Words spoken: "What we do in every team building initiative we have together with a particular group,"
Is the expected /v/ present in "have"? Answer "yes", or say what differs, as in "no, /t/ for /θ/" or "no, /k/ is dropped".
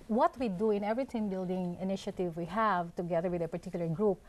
yes